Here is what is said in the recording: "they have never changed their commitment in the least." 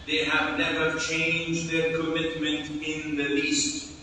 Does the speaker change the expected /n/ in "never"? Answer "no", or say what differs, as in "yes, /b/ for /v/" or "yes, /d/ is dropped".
yes, /l/ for /n/